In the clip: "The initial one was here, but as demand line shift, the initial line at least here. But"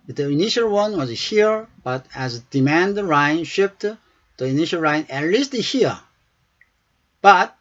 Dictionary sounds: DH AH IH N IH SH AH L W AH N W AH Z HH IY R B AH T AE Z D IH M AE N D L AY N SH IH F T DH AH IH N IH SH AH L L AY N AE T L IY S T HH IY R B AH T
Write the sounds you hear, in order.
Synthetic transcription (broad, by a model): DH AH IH N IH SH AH L W AH N W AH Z HH IY R B AH T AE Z D IH M AE N D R AY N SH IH P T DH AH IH N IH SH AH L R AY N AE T L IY S T HH IY R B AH T